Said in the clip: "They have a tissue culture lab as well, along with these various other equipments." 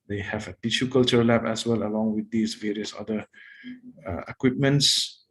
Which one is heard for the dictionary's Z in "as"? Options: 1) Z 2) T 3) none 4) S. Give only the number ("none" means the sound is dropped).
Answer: 4